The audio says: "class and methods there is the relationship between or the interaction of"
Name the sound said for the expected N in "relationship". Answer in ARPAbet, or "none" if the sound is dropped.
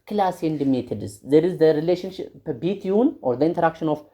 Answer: N